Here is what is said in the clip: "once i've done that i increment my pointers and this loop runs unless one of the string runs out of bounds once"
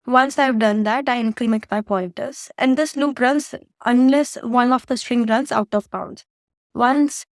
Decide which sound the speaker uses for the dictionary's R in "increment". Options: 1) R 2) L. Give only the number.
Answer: 2